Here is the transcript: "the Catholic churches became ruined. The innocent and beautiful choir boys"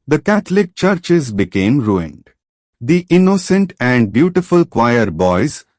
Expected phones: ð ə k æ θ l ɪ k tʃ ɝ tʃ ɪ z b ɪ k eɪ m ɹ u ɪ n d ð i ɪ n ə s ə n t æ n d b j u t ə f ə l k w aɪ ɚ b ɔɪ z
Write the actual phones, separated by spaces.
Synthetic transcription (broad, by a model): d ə k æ t l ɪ k tʃ ɝ tʃ ɪ z b ɪ k eɪ m ɹ u ɪ n d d i ɪ n ə s ə n t æ n d b j u t ə f ə l k w aɪ ɚ b ɔɪ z